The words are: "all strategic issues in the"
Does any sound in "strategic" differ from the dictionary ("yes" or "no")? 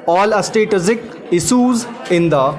yes